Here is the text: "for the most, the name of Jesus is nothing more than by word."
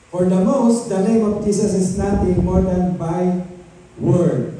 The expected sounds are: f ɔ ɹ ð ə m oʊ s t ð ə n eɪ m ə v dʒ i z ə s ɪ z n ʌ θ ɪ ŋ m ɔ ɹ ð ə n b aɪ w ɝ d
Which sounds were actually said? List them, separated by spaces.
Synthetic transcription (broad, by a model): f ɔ ɹ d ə m oʊ s t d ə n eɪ m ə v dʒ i s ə s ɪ s n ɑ t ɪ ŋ m ɔ ɹ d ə n b aɪ w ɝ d